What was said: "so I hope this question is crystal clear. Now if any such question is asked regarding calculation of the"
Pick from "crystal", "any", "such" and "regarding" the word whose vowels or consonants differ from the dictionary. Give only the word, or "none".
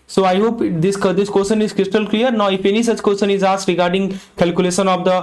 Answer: none